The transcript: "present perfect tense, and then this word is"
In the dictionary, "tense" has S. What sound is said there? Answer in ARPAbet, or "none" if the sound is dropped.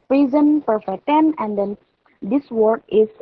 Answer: none